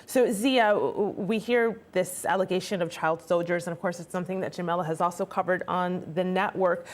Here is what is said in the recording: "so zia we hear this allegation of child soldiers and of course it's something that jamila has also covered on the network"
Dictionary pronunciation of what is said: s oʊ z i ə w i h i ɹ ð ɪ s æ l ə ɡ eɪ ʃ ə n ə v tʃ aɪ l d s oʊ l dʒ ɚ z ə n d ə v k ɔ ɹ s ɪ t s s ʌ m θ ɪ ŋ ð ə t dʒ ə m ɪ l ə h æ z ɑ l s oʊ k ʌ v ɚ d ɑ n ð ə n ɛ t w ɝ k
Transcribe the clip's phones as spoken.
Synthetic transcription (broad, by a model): s oʊ z i ə w i h i ɹ ð ɪ s æ l ə ɡ eɪ ʃ ə n ə v tʃ aɪ l d s oʊ l dʒ ɚ z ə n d ə v k ɔ ɹ s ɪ t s s ʌ m θ ɪ ŋ ð ə t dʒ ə m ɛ l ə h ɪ z ɑ l s oʊ k ʌ v ɚ d n ð ə n ɛ t w ɝ k